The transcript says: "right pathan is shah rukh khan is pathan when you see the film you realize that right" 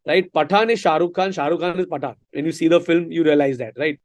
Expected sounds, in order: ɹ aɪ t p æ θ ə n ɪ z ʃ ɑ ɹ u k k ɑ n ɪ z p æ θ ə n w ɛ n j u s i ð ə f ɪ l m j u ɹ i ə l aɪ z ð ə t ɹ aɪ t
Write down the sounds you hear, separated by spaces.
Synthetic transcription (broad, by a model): ɹ aɪ t p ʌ t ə n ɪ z ʃ ɑ ɹ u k k ɑ n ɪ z p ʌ t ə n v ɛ n j u s i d ə f ɪ l m j u ɹ i ə l aɪ z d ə t ɹ aɪ t